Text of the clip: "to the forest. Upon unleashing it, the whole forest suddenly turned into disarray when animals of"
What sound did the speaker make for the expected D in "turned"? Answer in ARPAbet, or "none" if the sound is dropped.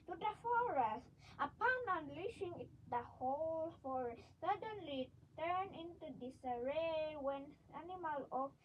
none